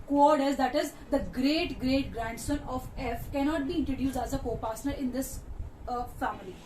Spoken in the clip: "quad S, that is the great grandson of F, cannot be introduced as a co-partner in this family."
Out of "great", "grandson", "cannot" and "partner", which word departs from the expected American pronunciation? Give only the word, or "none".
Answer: partner